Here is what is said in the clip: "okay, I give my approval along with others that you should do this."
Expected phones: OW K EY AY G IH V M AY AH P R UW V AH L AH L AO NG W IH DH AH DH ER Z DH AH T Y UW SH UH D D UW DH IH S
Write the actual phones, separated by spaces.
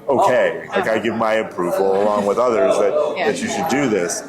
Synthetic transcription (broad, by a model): OW K EY AY G IH V M AY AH P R UW V L AH L AO NG W IH DH AH DH ER Z DH AH T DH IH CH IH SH D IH DH IH S